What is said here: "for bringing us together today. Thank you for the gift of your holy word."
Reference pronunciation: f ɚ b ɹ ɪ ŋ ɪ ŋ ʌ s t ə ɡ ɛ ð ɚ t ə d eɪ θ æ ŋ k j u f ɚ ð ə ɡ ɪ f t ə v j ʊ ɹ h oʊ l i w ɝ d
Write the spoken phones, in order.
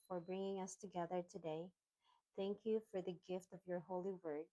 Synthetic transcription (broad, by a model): f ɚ b ɹ ɪ ŋ ɪ ŋ ʌ s t ə ɡ ɛ ð ɚ t ə d eɪ θ æ ŋ k j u f ɚ ð ə ɡ ɪ f t ə v j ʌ ɹ h oʊ l i w ɝ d